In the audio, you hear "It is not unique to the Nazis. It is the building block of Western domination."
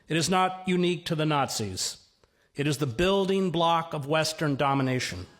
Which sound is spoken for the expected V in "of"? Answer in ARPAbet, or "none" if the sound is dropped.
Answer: V